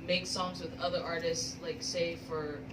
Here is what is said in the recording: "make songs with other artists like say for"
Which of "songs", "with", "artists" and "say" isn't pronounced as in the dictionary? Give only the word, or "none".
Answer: none